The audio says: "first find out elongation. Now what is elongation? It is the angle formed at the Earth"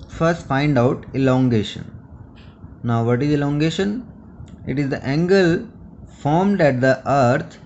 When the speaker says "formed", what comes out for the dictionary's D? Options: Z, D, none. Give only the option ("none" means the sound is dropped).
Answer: D